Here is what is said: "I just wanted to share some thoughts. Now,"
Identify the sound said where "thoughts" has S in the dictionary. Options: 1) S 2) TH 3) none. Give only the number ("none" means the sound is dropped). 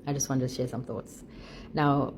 1